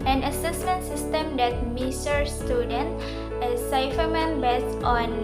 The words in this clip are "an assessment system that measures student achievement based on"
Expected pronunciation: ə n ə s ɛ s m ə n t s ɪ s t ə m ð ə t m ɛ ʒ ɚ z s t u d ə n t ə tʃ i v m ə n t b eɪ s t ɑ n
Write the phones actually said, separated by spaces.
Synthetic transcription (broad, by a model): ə n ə s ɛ s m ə n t s ɪ s t ə m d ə t m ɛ s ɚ s t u d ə n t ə s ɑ f m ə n b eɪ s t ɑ n